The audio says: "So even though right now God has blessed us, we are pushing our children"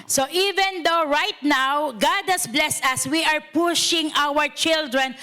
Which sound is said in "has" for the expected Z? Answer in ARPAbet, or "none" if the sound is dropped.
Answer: S